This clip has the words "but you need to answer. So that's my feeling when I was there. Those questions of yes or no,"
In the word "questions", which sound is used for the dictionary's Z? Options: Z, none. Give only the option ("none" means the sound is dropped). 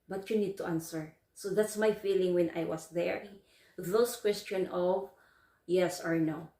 none